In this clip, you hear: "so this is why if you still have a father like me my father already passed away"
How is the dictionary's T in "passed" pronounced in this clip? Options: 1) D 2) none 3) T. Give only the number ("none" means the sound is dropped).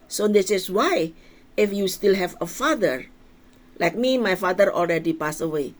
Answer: 2